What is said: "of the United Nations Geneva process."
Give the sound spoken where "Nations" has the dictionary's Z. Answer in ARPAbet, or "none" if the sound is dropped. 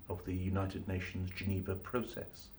Z